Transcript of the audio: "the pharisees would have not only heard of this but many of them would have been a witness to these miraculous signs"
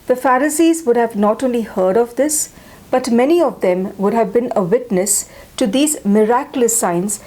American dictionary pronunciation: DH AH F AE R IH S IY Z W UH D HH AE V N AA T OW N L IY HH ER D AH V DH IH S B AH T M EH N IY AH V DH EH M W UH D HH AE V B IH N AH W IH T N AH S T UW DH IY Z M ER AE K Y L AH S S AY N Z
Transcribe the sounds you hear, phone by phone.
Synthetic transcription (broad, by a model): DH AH F AE R IH S IY Z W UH D HH AE V N AA T OW N L IY HH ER D AH V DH IH S B AH T M EH N IY AH V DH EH M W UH D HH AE V B IH N AH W IH T N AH S T UW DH IY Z M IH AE K Y L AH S S AY N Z